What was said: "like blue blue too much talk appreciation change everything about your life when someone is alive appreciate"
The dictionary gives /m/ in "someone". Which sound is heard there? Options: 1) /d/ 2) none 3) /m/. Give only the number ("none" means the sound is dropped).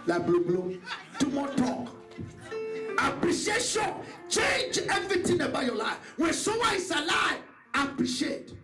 2